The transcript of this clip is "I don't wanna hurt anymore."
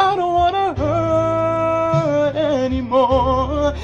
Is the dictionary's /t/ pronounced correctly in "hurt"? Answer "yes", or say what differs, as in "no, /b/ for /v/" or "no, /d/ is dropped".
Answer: no, /t/ is dropped